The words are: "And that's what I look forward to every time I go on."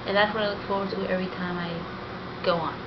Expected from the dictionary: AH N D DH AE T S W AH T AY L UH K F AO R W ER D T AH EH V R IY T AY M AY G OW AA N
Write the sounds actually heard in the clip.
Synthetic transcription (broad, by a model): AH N DH AE T S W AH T AY L UH K F AO R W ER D T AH EH V R IY T AY M AY G OW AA N